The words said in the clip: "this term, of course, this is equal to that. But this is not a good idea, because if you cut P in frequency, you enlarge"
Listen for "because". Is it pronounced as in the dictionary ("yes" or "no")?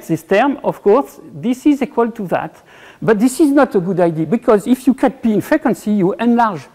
yes